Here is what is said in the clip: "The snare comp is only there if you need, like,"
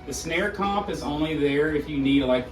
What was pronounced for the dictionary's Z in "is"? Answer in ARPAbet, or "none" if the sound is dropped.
Z